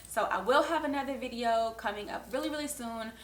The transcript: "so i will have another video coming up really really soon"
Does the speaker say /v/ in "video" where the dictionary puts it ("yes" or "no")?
yes